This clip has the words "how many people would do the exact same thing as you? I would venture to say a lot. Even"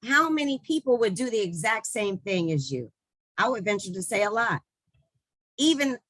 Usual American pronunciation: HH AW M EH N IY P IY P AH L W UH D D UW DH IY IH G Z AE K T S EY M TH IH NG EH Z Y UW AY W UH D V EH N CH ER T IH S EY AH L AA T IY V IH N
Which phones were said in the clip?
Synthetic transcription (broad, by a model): HH AW M EH N IY P IY P L W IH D D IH DH IY IH G Z AE K T S EY M TH IH NG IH Z Y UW AY W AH D V EH N CH ER T IH S EY AH L AA T IY V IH N